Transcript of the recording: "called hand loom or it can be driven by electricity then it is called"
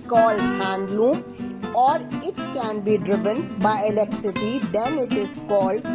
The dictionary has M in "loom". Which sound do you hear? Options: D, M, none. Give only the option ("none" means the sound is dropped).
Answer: none